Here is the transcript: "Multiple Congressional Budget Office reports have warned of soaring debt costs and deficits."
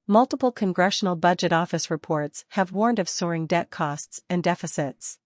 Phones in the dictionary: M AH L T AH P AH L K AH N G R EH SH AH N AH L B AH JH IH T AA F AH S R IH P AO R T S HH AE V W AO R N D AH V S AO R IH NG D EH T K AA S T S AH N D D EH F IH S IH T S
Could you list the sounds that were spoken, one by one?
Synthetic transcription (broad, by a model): M AH L T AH P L K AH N G R EH SH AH N L B AH JH IH T AA F AH S R IH P AO R T S HH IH V W AO R N D AH V S AO R IH NG D EH T K AA S T S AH N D D EH F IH S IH T S